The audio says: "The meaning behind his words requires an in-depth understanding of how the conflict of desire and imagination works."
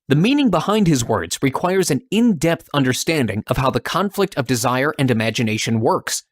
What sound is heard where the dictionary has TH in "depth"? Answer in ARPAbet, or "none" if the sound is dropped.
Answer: TH